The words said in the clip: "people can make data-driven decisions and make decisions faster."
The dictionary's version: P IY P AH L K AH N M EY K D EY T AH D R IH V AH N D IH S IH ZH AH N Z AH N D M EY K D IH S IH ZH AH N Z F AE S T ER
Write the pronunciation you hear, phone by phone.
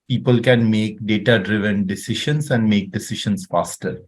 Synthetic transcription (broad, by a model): P IY P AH L K AH N M EY K D EY T AH D R IH V AH N D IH S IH SH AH N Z AH N D M EY K D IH S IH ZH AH N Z F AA S T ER